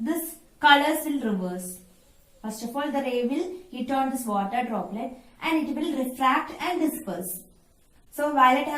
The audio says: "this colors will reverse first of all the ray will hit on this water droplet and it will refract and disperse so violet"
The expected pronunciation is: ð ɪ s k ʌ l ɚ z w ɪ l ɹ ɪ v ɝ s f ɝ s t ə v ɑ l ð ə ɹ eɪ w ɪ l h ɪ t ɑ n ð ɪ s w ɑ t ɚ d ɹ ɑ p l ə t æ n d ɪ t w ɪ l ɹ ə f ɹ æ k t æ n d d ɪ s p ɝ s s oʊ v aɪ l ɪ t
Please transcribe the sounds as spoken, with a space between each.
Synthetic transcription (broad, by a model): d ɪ s k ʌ l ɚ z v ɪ l ɹ ɪ v ɝ s f ɝ s t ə f ɑ l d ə ɹ eɪ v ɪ l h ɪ t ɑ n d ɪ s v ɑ t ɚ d ɹ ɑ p l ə t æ n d ɪ t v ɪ l ɹ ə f ɹ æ k t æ n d d ɪ s p ɝ s s oʊ v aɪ l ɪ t